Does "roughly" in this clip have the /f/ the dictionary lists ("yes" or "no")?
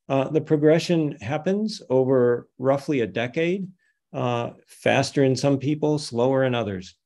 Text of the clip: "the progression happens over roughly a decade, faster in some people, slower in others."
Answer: yes